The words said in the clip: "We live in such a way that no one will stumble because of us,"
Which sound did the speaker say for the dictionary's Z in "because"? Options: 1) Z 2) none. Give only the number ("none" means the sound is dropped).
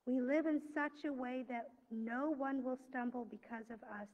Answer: 1